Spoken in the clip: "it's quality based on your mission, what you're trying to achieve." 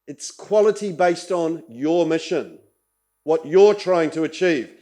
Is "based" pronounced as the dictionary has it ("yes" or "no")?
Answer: yes